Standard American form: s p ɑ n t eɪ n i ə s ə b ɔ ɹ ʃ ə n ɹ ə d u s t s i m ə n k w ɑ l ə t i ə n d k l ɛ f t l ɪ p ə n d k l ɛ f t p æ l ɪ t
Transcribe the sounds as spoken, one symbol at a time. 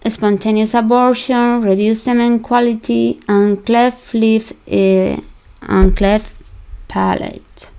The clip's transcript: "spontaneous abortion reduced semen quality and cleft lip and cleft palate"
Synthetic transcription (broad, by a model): s p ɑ n t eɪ n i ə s ə b ɔ ɹ ʃ ə n ɹ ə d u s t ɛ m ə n k w ɑ l ə t i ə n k l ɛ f l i f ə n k l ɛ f p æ l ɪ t